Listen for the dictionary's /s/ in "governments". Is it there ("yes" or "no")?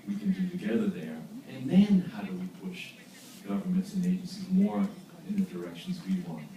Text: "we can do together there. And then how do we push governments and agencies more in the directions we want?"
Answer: yes